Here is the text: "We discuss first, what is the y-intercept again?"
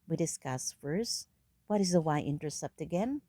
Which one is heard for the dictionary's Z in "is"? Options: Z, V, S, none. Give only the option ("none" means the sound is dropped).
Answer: Z